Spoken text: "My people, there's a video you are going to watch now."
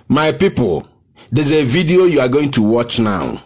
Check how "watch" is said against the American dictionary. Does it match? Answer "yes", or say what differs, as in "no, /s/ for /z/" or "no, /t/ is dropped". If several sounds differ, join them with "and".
yes